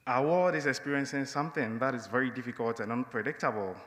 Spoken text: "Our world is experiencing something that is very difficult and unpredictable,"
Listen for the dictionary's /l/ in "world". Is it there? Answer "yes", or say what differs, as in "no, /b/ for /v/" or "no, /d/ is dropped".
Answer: no, /l/ is dropped